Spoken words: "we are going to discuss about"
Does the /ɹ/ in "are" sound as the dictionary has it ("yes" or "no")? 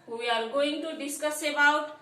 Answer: no